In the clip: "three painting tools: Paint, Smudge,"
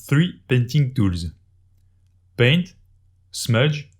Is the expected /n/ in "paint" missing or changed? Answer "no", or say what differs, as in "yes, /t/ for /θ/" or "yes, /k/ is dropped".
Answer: no